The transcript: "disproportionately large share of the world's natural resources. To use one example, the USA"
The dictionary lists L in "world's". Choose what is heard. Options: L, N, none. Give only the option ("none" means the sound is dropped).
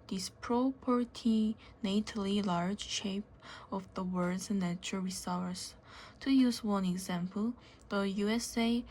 none